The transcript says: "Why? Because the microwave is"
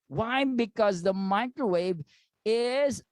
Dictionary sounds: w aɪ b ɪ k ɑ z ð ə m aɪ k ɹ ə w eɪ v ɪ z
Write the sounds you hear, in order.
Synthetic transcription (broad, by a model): w aɪ b ɪ k ɑ z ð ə m aɪ k ɹ ə w eɪ v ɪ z